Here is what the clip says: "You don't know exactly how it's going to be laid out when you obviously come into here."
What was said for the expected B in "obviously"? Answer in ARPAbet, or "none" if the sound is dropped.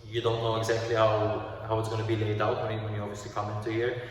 none